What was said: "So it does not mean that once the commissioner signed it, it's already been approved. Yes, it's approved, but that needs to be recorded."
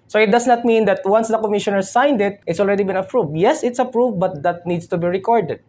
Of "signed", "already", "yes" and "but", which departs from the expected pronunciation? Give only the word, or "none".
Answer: none